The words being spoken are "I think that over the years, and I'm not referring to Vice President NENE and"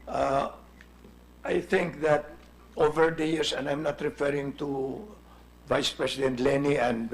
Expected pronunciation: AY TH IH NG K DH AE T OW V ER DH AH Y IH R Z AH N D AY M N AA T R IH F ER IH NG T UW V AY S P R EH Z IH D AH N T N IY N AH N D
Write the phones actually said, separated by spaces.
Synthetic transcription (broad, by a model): AY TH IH NG K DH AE T OW V ER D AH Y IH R S AH N D AY M N AA T R IH F ER IH NG T UW V AY S P R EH S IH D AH N T L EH N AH N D